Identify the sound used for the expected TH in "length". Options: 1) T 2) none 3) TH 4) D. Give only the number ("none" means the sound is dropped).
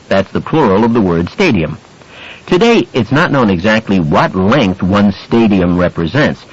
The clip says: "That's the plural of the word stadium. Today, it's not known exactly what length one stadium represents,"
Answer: 3